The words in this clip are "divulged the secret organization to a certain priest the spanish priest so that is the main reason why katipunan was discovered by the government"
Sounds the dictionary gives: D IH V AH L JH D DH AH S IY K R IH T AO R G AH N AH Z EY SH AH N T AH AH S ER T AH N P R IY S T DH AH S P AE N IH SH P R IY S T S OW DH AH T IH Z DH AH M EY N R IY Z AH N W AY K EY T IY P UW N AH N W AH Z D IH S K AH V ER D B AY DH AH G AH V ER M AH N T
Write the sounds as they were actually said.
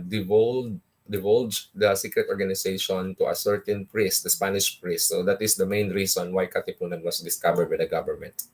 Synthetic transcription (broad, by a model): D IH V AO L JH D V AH S IY K R IH T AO R G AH N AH S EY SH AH N T AH AH S ER T AH N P R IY S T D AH S P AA N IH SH P R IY S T S OW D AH T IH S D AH M EY N R IY S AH N W AY K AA T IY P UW N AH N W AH S D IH S K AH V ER D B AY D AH G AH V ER M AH N T